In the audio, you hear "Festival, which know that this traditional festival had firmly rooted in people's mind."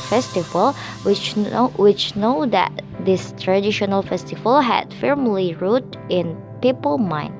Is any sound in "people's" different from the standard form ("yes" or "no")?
yes